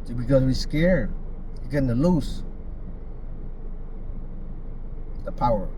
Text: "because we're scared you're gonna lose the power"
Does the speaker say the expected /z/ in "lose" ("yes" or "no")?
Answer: no